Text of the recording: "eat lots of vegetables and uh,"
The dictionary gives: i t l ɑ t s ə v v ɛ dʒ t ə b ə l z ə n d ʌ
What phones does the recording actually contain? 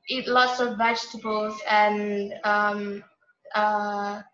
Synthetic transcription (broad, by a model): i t l ɑ t s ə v v ɛ dʒ t ə b ə l z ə n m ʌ